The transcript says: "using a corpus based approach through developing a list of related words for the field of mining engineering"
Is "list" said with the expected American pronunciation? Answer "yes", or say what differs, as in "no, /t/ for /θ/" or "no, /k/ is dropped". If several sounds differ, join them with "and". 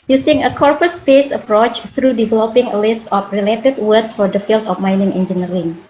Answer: yes